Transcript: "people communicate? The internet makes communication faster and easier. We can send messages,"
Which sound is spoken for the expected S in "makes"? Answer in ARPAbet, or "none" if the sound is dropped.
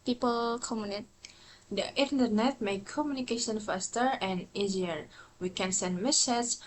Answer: none